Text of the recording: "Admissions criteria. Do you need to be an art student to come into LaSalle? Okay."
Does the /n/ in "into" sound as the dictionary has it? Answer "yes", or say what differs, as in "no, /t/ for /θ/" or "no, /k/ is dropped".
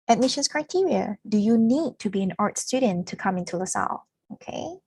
yes